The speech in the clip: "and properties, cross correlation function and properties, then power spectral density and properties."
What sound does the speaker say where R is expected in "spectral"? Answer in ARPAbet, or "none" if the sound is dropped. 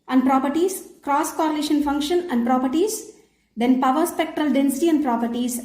R